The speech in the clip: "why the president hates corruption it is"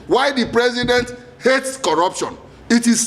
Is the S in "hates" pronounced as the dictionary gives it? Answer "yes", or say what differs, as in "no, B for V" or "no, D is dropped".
yes